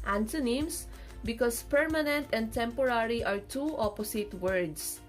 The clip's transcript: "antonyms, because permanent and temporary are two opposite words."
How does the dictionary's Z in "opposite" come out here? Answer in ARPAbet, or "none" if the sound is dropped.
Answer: S